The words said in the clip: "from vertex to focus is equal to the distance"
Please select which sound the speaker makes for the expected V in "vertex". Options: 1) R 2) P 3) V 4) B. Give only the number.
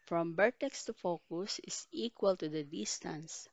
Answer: 4